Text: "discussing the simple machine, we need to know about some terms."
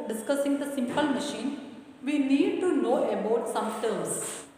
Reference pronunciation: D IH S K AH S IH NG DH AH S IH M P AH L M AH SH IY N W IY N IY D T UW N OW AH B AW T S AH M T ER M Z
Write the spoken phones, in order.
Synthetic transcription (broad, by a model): D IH S K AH S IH NG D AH S IH M P AH L M AH SH IY N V IY N IY D T UW N OW AH B AW T S AH M T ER M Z